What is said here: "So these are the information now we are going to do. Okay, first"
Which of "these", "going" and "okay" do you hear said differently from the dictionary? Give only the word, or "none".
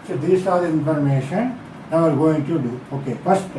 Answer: these